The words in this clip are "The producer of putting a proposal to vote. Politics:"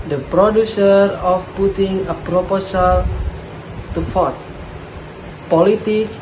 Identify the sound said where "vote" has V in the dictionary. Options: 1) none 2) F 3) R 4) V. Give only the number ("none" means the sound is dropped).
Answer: 2